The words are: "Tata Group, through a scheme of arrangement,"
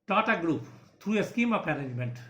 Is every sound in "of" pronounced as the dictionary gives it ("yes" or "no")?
no